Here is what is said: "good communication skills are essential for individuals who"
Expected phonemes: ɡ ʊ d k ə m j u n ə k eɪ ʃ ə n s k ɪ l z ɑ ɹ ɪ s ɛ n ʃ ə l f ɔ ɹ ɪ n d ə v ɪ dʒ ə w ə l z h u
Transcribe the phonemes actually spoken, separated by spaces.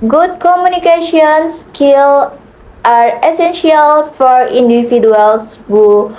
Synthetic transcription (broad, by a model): ɡ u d k ə m j u n ə k eɪ ʃ ə n s k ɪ l ɑ ɹ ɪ s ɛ n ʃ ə l f ɔ ɹ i n d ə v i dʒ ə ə l s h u